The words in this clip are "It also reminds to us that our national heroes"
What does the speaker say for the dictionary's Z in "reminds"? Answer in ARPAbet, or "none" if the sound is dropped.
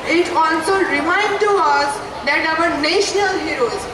none